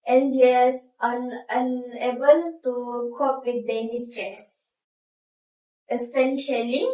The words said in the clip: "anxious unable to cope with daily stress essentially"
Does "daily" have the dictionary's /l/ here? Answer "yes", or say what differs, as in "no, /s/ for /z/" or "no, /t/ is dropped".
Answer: no, /n/ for /l/